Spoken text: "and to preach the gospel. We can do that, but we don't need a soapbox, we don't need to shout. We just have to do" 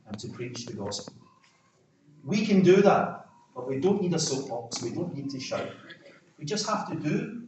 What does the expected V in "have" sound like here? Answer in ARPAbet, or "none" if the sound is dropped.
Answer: F